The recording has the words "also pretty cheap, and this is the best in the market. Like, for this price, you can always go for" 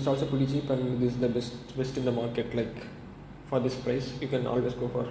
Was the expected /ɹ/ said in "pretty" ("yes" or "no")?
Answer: no